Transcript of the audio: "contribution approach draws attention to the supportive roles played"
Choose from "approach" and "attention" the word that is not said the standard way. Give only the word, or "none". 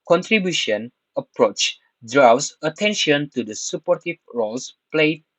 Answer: none